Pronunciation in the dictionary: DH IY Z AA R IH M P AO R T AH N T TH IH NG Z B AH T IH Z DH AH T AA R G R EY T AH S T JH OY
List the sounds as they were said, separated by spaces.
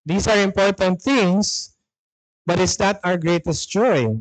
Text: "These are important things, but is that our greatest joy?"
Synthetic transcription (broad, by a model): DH IY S AA R IH M P AO R T AH N T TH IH NG S B AH T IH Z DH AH T AA R G R EY T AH S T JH OY